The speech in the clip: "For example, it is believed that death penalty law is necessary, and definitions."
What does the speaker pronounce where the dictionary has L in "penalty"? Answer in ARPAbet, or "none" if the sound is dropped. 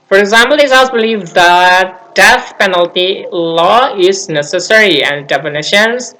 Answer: L